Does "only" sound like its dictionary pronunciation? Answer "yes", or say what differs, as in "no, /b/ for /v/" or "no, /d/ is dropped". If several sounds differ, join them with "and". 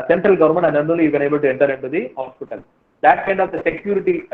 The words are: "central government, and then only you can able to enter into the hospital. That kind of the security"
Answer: no, /n/ is dropped